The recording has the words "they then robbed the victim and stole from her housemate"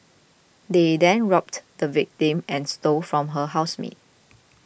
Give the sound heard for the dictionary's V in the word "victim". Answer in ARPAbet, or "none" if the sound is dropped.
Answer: V